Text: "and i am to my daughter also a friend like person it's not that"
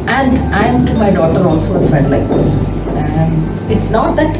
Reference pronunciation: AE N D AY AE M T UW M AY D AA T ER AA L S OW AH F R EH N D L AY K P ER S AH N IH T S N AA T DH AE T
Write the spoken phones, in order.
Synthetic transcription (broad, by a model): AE N D AY M T UW M AY D AA T ER AA L S OW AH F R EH D L AY K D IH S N IH T S N AA T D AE T